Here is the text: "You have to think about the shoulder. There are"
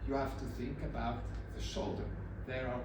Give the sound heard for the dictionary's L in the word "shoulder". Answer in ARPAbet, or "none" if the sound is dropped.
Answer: L